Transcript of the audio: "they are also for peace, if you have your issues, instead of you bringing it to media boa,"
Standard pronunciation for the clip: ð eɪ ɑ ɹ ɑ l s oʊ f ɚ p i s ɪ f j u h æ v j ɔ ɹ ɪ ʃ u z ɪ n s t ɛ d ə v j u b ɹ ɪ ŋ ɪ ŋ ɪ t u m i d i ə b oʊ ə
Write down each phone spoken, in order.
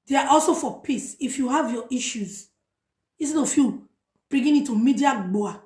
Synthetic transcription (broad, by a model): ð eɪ ɑ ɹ ɑ l s oʊ f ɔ p i s ɪ f j u h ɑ v j ɔ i ʃ u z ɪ s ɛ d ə f j u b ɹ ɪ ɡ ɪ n ɪ t u m i d i ə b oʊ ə